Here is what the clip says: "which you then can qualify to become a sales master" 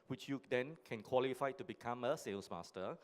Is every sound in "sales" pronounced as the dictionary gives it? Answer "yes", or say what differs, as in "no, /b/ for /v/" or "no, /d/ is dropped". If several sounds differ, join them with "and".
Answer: no, /s/ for /z/